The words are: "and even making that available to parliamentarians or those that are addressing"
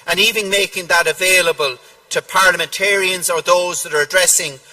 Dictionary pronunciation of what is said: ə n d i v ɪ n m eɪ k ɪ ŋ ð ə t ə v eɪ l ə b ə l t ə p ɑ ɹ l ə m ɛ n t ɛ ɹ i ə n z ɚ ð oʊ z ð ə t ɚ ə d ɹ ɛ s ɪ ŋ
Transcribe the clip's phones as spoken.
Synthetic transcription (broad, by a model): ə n i v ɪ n m eɪ k ɪ ŋ ð ə t ə v eɪ l ə b ə l t ə p ɑ ɹ l ə m ɛ n t ɛ ɹ i ə n z ɚ ð oʊ z ð ə t ɚ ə d ɹ ɛ s ɪ ŋ